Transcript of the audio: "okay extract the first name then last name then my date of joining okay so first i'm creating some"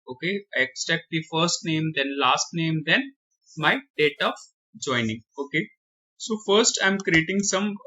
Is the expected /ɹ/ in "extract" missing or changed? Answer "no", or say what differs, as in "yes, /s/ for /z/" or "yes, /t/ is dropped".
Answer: yes, /ɹ/ is dropped